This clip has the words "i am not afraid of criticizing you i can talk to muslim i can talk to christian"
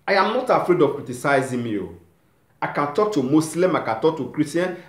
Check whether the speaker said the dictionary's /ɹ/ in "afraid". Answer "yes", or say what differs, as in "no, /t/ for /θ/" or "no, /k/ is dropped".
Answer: yes